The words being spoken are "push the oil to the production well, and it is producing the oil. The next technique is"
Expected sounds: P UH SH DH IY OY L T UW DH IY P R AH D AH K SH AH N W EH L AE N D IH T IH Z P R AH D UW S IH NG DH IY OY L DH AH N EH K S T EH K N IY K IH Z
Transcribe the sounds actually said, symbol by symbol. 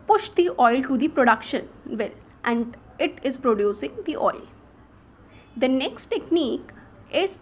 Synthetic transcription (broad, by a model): P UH SH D IY OY L T UW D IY P R AH D AH K SH AH N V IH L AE N D IH T IH Z P R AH D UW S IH NG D IY OY L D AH N EH K S T EH K N IY K IH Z